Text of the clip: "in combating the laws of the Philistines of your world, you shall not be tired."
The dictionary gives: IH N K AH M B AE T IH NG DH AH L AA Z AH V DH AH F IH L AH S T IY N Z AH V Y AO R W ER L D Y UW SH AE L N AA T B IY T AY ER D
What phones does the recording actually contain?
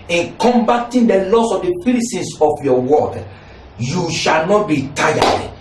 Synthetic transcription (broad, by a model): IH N K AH M B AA T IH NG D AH L AA S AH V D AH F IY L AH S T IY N S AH F Y AO W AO D Y UW SH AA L N AA T B IY T AY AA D